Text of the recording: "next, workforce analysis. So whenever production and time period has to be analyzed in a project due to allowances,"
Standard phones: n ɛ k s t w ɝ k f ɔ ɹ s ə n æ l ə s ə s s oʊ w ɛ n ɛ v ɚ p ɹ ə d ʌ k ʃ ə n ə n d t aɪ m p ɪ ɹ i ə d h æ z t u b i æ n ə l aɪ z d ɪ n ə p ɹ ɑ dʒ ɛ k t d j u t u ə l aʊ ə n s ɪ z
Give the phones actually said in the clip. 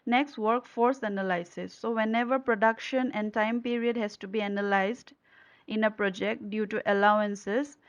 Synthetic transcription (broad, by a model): n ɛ k s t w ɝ k f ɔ ɹ s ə n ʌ l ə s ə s s oʊ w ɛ n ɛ v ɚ p ɹ ə d ʌ k ʃ ə n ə n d t aɪ m p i ɹ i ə d h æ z t u b i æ n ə l aɪ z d ɪ n ə p ɹ ɑ dʒ ɛ k t d j u t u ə l aʊ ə n s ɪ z